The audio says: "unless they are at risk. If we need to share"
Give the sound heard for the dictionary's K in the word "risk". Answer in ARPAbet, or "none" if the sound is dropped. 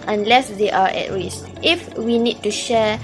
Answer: none